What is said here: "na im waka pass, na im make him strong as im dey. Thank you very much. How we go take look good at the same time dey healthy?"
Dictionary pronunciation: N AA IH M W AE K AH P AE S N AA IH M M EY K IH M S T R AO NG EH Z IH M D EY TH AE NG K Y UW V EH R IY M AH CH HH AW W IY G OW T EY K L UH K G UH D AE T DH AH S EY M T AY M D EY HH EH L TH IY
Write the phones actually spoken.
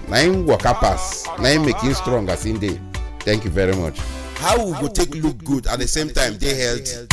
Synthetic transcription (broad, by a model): N AA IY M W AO K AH P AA S N AA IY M M EY K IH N S T R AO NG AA S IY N D EY T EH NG K Y UW V EH R IY M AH CH HH AW W IY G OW T EY K L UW K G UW D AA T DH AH S EY M T AY M D EY HH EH L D